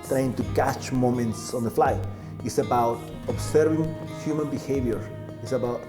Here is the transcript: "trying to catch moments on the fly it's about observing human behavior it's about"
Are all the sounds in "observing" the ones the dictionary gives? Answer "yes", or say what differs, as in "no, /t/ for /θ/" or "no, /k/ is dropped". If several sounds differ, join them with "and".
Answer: no, /s/ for /z/